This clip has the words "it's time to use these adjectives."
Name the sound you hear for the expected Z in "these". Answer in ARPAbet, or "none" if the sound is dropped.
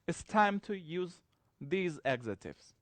Z